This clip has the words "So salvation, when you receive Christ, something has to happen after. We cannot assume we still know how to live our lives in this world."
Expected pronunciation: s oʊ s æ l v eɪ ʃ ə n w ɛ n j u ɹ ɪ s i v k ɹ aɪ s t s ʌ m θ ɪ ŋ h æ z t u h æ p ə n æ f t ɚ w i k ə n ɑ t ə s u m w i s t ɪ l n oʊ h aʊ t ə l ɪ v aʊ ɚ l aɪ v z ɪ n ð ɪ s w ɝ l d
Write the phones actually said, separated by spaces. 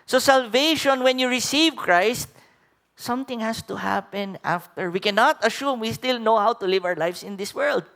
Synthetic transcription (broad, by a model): s oʊ s æ l v eɪ ʃ ə n w ɛ n j u ɹ ɪ s i v k ɹ aɪ s t s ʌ m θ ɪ ŋ h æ s t u h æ p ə n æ f t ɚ w i k ə n ɑ t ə ʃ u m w i s t ɪ l n oʊ h aʊ t ə l ɪ v aʊ ɚ l aɪ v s ɪ n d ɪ s w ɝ l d